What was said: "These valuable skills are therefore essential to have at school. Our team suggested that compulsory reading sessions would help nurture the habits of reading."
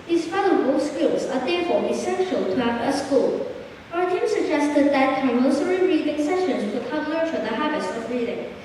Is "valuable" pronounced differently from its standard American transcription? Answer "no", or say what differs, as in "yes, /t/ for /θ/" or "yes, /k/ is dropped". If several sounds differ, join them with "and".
yes, /f/ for /v/